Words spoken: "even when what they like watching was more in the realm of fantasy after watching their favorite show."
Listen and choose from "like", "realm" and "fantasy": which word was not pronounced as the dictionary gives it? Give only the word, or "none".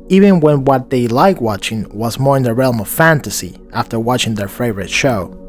none